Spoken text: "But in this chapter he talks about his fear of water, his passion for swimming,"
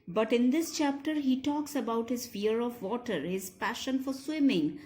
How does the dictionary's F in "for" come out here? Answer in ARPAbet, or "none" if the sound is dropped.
F